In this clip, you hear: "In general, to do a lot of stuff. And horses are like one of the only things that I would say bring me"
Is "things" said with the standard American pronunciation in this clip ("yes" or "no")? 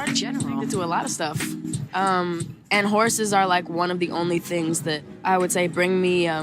yes